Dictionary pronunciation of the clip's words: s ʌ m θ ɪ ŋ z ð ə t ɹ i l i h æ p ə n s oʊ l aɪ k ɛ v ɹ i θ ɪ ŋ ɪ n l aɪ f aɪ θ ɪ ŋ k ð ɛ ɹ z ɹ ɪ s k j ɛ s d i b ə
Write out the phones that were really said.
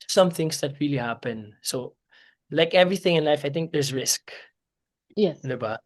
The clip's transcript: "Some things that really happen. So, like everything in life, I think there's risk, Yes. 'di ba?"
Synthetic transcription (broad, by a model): s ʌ m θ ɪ ŋ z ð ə t ɹ i l i h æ p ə n s oʊ l aɪ k ɛ v ɹ i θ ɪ ŋ ɪ n l aɪ f aɪ t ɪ ŋ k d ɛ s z ɹ ɪ s k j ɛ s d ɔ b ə